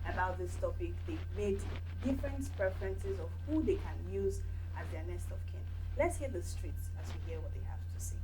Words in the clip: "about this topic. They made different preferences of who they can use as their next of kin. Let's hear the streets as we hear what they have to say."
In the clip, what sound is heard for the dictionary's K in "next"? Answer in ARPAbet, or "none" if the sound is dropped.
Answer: none